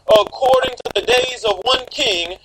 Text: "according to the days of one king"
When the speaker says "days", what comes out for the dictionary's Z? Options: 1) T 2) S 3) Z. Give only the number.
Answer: 3